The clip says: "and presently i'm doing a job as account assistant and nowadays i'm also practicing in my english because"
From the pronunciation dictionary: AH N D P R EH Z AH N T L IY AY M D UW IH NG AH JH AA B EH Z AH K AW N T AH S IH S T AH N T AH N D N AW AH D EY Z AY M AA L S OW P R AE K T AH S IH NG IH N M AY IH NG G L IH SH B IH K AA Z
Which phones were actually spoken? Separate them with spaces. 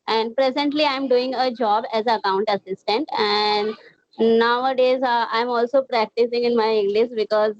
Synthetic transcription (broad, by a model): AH N D P R EH Z AH N T L IY AY M D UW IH NG AH JH AA B EH Z AH K AW N T AH S IH S T AH N T AH N D N AW AH D EY Z AY M AA L S OW P R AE K T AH S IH NG IH N M AY IH NG G L IH SH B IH K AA Z